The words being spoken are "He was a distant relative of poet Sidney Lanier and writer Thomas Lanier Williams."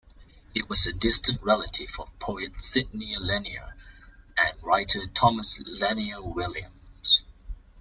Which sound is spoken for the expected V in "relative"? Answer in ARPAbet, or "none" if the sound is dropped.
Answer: F